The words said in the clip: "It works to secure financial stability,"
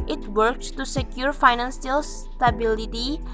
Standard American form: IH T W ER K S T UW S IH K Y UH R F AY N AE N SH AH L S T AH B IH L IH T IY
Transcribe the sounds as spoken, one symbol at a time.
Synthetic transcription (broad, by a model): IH T W ER K S T UW S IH K Y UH R F AY N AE N S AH L S T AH B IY L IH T IY